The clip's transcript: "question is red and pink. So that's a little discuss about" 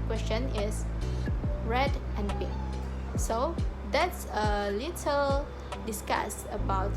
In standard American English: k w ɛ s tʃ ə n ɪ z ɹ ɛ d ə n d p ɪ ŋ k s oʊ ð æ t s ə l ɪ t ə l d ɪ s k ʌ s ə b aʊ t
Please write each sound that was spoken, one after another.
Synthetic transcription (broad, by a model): k w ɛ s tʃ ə n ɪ s ɹ ɛ d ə n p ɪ k s oʊ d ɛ t s ə l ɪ t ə l d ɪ s k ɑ s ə b aʊ t